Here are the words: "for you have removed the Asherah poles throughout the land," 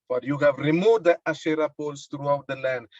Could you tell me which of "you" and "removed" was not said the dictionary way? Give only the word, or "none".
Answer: removed